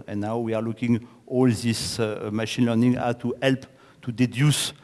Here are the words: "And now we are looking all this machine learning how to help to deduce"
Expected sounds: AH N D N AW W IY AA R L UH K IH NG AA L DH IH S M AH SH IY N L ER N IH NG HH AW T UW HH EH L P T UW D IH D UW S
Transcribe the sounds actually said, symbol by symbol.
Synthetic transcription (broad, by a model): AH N N AW W IY AA R L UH K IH NG AA L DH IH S M AH SH IY N L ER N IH NG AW T UW HH EH L P T UW D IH D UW S